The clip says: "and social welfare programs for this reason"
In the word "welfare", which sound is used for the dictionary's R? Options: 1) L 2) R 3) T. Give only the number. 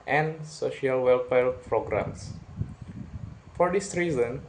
1